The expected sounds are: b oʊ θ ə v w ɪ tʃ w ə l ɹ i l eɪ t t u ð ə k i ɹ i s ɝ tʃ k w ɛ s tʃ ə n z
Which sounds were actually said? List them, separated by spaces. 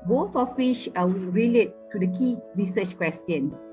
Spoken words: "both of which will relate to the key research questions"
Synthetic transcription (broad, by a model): b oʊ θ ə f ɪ ʃ w ə l ɹ i l eɪ t t u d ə k i ɹ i s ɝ tʃ k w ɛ s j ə n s